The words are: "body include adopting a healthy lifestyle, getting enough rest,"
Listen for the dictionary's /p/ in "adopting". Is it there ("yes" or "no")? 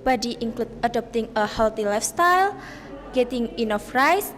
yes